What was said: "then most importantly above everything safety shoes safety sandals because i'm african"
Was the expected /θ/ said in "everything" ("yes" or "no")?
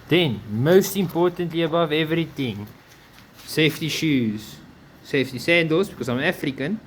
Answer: no